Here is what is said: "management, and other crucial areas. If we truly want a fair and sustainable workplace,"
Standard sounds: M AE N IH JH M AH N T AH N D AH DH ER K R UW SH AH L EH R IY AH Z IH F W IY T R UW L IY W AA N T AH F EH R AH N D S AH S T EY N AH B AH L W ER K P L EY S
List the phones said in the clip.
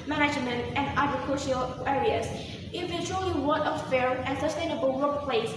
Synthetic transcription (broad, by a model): M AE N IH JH M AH N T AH N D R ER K AO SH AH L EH R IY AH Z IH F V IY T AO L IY W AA T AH F EH R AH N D S AH S T EY N AH B AH L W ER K P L EY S